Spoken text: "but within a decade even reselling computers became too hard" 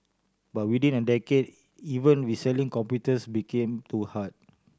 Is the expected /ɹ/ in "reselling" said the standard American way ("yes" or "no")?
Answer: no